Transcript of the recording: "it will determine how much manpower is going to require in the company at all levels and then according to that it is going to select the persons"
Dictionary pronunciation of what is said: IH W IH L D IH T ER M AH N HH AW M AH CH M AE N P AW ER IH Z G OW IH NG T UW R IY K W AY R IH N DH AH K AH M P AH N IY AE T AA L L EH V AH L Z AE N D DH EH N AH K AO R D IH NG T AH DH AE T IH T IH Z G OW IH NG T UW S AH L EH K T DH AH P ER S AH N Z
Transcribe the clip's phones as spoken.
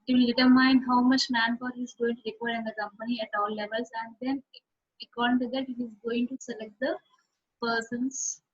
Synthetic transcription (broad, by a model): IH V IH L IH T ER M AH N HH AW M AH CH M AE N F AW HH IH Z G OW IH NG T UW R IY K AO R IH N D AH K AH M P AH N IY AE T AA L L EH V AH L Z AE N D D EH N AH K AO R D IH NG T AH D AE T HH IH Z G OW IH NG T UW S AH L EH K T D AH P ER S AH N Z